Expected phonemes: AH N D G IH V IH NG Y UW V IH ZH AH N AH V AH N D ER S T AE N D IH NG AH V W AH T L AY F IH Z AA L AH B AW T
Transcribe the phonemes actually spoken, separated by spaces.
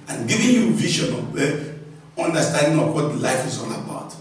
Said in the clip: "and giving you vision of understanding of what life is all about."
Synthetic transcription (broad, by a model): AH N G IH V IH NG Y UW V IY SH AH N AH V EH N D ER S T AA N D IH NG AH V W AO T L AY F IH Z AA N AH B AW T